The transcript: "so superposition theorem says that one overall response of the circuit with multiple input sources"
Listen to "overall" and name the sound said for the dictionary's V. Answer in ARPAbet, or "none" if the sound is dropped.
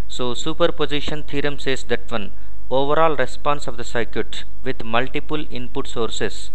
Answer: V